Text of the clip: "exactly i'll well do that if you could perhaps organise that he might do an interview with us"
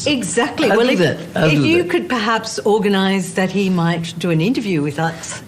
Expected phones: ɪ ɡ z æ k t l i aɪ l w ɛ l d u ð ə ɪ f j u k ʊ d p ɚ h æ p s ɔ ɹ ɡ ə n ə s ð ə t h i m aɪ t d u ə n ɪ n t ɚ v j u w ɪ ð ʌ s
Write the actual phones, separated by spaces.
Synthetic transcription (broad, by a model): ɪ ɡ z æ k t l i w ɛ l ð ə ɪ f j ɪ k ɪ d p ɚ h æ p s ɔ ɹ ɡ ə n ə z ð ə t h i m aɪ t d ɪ ə n ɪ n t ɚ v j u w ɪ ð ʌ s